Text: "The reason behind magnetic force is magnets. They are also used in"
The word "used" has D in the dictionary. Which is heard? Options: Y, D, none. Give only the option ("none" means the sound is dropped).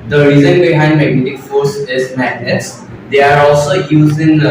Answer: none